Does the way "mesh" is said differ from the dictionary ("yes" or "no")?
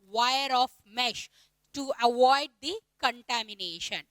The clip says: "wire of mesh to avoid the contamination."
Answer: no